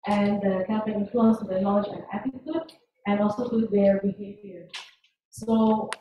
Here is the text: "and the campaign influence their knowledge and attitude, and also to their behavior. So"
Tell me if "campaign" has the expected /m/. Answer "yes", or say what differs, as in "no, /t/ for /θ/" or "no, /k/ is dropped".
no, /m/ is dropped